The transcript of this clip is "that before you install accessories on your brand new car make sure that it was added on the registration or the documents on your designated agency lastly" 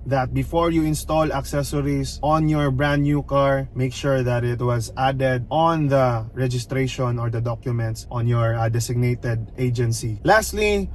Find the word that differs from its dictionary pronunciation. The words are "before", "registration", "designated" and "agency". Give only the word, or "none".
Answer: designated